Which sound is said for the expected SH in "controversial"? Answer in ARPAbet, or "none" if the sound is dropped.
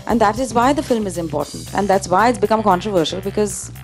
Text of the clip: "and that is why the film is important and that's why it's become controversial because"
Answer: SH